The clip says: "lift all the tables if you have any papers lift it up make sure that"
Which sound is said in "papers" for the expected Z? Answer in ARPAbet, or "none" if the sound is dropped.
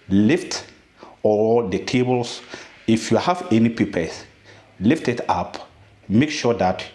S